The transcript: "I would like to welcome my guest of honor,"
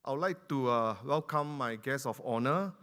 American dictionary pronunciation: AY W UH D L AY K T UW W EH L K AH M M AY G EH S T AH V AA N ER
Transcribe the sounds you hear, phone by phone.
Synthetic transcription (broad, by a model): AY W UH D L AY K T UW W EH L K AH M M AY G EH S AH F AA N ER